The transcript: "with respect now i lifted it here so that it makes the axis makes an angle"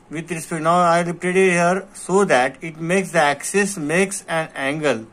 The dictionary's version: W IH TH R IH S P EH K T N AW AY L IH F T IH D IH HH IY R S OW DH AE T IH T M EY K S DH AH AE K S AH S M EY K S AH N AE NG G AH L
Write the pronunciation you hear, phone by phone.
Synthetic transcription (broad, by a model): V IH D R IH S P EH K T N AW AY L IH P T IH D IH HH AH R S OW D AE T IH T M EY K S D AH AE K S AH S M EY K S AH N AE NG G AH L